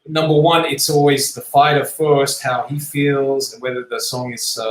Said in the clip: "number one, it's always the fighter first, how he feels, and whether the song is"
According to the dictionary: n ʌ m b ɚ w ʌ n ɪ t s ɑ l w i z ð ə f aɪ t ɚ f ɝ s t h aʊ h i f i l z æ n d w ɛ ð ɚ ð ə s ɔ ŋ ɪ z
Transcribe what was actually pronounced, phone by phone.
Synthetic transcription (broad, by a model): n ʌ m b ɚ w ʌ n ɪ t s ɑ l w i z ð ə f aɪ t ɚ f ɝ s t h aʊ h i f i l z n w ɛ ð ɚ ð ə s ɔ ŋ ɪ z